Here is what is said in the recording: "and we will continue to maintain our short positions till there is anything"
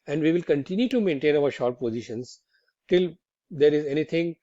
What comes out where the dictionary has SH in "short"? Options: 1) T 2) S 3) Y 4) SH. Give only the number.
4